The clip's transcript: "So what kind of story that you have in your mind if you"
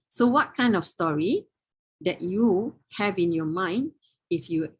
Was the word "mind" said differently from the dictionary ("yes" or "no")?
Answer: no